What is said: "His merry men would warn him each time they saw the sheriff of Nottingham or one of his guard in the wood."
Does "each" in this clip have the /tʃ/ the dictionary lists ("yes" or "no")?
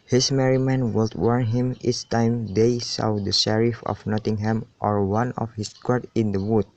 no